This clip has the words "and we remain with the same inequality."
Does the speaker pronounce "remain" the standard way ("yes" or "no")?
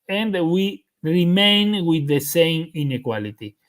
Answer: yes